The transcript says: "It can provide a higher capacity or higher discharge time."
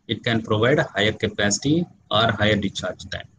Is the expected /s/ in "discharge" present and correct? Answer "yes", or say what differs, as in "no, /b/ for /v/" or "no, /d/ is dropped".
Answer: no, /s/ is dropped